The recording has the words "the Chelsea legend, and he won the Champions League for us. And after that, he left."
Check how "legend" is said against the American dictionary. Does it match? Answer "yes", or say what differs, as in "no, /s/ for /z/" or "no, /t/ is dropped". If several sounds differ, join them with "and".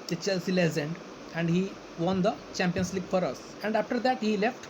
no, /z/ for /dʒ/